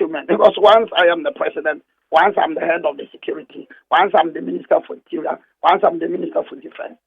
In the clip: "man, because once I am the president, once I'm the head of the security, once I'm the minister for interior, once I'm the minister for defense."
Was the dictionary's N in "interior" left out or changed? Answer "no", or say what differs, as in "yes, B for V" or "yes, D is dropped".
yes, N is dropped